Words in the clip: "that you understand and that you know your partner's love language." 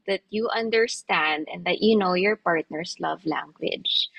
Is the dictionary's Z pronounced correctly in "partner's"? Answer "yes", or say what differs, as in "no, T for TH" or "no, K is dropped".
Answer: no, S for Z